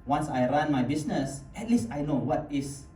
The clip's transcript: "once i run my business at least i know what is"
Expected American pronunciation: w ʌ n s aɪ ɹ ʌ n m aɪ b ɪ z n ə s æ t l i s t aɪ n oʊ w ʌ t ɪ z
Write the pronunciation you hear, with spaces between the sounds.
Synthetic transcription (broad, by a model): w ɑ n s aɪ ɹ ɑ n m aɪ b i s n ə s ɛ t l i s t aɪ n oʊ w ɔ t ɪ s